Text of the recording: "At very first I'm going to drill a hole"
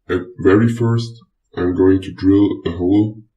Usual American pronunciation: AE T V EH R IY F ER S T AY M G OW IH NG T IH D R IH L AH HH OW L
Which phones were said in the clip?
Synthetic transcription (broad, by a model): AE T V EH R IY F ER S T AY M G OW IH NG T IH D R IH L AH HH OW L